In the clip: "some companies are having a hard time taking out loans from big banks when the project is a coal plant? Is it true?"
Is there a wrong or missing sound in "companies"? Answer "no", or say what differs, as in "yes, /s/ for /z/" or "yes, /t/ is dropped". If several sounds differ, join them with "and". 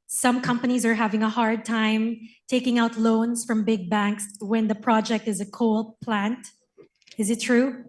no